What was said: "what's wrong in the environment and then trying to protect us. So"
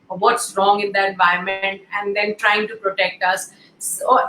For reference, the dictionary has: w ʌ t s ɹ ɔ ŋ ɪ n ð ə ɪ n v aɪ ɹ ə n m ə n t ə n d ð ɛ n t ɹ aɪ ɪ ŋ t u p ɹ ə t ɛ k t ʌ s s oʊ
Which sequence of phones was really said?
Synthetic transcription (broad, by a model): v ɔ t s ɹ ɔ ŋ ɪ n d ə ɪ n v aɪ ə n m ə n t ə n d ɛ n t ɹ aɪ ɪ ŋ t u p ɹ ə t ɛ k t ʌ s s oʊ